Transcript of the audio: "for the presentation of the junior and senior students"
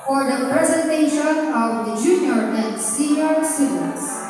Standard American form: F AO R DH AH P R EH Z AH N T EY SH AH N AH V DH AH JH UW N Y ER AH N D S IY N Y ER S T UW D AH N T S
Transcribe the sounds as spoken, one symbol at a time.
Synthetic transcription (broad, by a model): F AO R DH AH P R EH Z AH N T EY SH AH N AH V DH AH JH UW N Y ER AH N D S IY Y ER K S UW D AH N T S